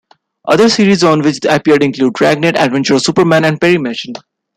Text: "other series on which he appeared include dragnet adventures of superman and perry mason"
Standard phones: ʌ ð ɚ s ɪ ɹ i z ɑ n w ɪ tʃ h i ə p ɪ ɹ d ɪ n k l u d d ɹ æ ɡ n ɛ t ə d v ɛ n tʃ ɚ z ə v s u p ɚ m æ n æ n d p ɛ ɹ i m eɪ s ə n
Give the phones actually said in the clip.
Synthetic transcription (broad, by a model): ʌ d ɚ s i ɹ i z ɑ n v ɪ tʃ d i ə p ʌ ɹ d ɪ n k l u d d ɹ æ ɡ n ɛ t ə d v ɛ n tʃ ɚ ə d s u p ɚ m æ n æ n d p ɛ ɹ i m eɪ ʃ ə n